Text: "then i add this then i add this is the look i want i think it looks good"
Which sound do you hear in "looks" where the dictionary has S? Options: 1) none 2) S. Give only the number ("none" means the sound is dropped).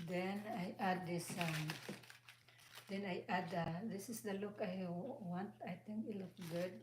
1